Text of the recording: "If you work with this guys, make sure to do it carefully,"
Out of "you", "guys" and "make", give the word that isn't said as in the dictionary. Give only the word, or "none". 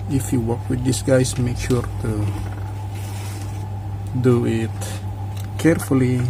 guys